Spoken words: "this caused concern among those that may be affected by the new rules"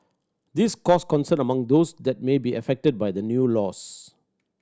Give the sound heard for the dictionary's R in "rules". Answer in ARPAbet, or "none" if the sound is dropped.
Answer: L